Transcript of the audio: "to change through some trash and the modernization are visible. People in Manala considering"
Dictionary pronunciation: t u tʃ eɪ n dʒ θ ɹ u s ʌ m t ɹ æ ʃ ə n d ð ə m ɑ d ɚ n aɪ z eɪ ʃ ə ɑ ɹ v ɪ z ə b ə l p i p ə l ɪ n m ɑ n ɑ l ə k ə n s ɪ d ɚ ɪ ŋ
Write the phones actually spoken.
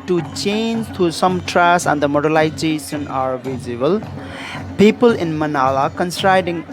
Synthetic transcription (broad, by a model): t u tʃ eɪ n dʒ t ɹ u s ʌ m t ɹ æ s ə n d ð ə m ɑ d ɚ l aɪ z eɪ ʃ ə ɑ ɹ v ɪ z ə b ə l p i p ə l ɪ n m ɑ n ɑ l ə k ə n s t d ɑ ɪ ŋ